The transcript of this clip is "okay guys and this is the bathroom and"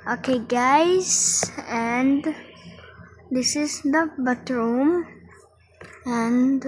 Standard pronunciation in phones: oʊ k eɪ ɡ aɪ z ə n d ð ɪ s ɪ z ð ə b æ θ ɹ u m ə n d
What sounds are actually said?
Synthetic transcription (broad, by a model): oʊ k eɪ ɡ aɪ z ə n d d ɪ s ɪ z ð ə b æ t ɹ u m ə n d